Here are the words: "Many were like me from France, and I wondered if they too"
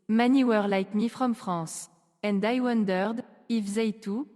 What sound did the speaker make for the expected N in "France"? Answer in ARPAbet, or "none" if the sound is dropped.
none